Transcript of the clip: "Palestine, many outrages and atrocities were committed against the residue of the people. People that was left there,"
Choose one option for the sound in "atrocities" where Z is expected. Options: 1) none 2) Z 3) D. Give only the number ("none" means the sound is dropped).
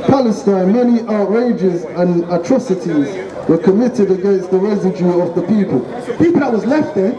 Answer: 2